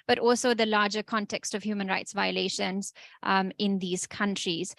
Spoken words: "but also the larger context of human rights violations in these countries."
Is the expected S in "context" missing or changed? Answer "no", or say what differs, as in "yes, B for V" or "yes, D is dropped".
no